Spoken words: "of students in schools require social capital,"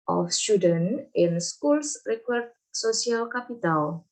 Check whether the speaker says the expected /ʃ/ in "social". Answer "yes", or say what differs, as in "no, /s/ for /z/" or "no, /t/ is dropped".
no, /s/ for /ʃ/